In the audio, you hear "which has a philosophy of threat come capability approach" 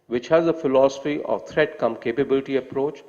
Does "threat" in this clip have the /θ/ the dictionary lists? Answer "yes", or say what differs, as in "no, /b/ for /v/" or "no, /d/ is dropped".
no, /t/ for /θ/